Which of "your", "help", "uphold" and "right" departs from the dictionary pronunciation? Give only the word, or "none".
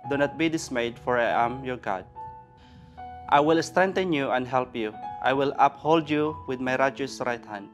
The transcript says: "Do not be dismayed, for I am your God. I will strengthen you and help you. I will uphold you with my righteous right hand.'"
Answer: none